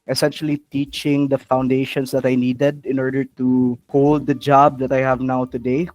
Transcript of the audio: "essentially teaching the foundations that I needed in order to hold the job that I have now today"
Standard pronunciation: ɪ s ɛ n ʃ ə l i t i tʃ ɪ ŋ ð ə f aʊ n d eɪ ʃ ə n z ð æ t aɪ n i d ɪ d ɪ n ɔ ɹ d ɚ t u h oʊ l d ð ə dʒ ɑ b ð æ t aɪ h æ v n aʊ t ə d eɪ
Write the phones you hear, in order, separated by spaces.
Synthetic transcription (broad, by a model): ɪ s ɛ n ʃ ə l i t i tʃ ɪ ŋ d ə f aʊ n d eɪ ʃ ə n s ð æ t aɪ n i d ɪ d ɪ n ɔ ɹ d ɚ t u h oʊ l d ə dʒ ɑ b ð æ t aɪ h æ v n aʊ t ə d eɪ